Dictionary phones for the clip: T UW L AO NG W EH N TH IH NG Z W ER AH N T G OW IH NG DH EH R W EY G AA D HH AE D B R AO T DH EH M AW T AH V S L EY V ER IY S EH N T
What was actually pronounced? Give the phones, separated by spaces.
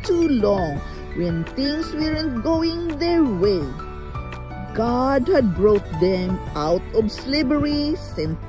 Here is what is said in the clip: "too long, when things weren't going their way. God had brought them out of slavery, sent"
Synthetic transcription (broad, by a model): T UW L AO NG W EH N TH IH NG S W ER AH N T G OW IH NG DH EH R W EY G AA D HH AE D B R AO T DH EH M AW T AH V S L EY B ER IY S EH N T